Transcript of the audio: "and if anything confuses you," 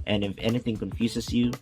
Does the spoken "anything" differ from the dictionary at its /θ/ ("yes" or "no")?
no